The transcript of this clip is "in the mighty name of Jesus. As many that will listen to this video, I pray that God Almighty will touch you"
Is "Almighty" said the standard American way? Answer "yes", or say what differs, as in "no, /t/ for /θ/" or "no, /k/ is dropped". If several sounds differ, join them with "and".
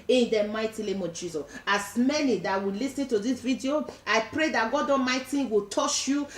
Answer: no, /l/ is dropped